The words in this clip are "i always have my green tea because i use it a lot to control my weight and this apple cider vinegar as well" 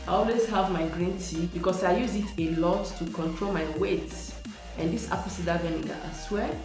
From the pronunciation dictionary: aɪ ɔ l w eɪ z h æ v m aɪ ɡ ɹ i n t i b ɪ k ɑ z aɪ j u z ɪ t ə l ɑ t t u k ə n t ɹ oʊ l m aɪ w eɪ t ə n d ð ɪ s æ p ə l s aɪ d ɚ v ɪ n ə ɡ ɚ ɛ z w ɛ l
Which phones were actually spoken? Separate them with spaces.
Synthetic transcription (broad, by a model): aɪ ɔ l w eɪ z h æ v m aɪ ɡ ɹ i n t i b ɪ k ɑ s aɪ j u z ɪ t ə l ɑ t t u k ə n t ɹ oʊ l m aɪ w eɪ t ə n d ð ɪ s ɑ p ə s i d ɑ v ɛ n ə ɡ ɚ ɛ s w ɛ